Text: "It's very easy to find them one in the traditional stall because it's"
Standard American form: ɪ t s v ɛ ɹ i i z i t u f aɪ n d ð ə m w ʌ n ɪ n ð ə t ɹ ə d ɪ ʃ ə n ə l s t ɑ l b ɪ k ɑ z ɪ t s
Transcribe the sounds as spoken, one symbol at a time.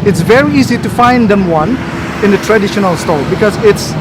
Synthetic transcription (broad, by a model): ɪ t s v ɛ ɹ i i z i t u f aɪ n d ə m w ʌ n ɪ n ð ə t ɹ ə d ɪ ʃ ə n ə l s t ɑ l b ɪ k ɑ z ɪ t s